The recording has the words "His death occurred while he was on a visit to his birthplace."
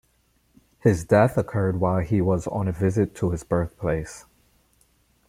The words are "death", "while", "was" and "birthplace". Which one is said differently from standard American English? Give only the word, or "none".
none